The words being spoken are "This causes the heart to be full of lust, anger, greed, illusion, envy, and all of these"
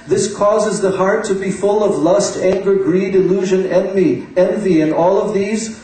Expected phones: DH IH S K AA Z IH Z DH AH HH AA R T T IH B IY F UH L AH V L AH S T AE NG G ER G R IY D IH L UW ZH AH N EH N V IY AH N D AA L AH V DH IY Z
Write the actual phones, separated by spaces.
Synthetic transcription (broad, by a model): DH IH S K AA Z IH Z DH AH HH AA R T T IH B IY F UH L AH V L AH S T AE NG G ER G R IY D IH L UW ZH AH N EH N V IY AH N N AA L AH V DH IY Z